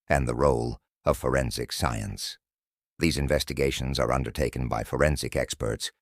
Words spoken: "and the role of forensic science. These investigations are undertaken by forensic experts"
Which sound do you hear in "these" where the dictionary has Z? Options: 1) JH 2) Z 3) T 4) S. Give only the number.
2